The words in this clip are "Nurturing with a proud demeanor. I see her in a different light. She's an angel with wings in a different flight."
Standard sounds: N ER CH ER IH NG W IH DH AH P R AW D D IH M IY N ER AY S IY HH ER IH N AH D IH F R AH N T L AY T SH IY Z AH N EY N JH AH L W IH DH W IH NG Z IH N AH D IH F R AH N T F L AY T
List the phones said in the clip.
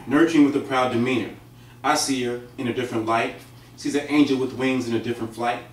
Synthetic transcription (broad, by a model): N ER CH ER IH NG W IH DH AH P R AW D D IH M IY N ER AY S IY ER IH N AH D IH F R AH N T L AY T S IY Z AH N EY N JH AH L W IH DH W IH NG Z IH N AH D IH F R AH N T F L AY T